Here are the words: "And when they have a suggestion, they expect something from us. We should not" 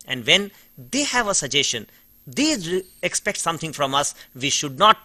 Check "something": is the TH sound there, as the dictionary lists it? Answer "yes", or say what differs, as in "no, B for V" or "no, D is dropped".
no, T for TH